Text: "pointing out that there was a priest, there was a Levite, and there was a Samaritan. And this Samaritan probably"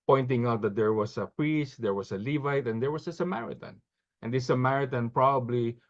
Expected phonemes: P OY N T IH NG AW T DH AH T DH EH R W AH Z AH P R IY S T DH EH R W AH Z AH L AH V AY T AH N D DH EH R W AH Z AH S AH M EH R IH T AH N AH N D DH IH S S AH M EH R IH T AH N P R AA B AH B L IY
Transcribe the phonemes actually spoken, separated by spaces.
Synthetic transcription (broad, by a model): P OY N T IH NG AW T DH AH T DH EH R W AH S AH P R IY S T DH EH R W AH S AH L AH V AY T AH N D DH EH R W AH S AH S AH M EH R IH T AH N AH N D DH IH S S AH M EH R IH T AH N P R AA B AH B L IY